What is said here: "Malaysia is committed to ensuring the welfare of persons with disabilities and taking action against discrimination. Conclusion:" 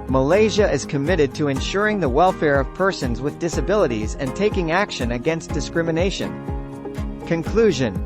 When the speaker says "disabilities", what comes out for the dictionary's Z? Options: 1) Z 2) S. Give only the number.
1